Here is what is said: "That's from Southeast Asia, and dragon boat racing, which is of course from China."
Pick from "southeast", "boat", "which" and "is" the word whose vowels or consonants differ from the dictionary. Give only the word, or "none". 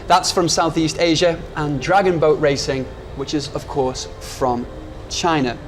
none